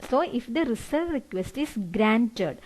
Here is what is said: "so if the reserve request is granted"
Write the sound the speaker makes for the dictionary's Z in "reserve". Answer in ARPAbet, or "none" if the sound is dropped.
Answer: S